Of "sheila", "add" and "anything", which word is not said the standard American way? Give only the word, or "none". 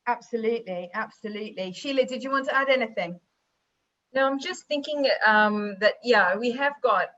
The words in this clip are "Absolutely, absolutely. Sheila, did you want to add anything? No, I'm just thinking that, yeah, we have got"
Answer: none